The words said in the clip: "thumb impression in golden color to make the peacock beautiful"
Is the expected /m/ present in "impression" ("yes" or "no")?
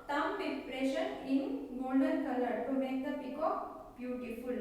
no